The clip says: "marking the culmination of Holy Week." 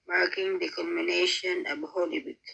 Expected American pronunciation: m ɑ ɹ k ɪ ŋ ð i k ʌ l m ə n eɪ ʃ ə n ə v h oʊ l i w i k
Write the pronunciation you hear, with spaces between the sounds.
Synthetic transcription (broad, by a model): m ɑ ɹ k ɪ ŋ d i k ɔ m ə n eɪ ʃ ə n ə b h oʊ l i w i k